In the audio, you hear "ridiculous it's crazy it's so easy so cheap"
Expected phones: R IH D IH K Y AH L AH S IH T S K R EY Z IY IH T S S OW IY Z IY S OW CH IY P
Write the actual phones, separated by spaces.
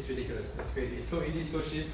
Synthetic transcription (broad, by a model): R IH D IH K Y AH L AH S IH T S K R EY Z IY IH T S S OW IY Z IY S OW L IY